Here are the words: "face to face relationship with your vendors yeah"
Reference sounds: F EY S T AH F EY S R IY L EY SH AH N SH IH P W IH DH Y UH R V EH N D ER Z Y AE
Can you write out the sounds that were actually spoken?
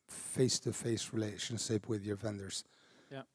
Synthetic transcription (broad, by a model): F EY S T AH F EY S R IY L EY SH AH N SH IH P W IH DH Y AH R V EH N D ER Z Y